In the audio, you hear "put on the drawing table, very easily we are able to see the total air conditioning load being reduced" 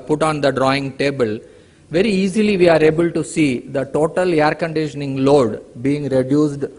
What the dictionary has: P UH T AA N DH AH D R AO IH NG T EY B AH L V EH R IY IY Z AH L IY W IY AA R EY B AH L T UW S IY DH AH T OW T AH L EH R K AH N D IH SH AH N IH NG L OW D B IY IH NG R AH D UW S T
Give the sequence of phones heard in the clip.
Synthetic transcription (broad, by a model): P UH T AA N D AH D R AO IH NG T EY B AH L V EH R IY IY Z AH L IY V IY AA R EY B AH L T UW S IY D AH T OW T AH L EH R K AH N D IH SH AH N IH NG L OW D B IY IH NG R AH D UW S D